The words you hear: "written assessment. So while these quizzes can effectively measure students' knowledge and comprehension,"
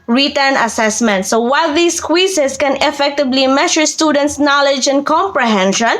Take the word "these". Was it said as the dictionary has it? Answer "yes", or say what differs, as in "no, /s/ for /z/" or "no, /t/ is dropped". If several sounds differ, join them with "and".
no, /s/ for /z/